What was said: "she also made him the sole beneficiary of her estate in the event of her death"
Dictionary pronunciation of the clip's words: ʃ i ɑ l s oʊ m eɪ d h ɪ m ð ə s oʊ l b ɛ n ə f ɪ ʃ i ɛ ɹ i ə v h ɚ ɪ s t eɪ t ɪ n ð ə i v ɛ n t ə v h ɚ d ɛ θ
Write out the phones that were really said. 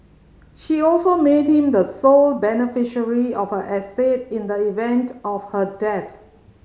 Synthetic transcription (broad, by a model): ʃ i ɑ l s oʊ m eɪ d h ɪ m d ə s oʊ l b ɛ n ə f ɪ ʃ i ɹ i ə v h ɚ ɪ s t eɪ t ɪ n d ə i v ɛ n t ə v h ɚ d ɛ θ